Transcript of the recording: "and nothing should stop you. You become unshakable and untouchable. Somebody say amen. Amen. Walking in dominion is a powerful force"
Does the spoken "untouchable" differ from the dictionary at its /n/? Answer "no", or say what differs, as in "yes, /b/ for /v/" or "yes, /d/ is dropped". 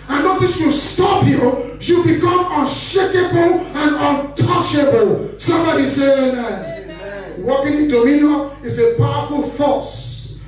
no